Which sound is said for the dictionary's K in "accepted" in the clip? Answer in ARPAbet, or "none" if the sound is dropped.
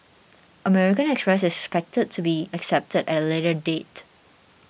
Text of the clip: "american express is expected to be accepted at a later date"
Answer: K